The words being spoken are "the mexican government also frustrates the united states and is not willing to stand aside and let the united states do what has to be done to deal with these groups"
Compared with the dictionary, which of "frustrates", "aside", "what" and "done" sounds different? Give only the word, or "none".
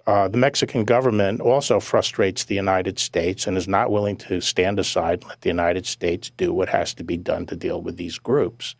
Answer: aside